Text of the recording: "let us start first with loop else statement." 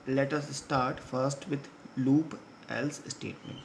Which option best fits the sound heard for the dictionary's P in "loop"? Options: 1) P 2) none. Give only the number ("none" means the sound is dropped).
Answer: 1